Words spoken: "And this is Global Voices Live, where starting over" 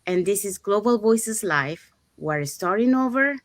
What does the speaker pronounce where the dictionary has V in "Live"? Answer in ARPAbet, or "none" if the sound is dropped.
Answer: F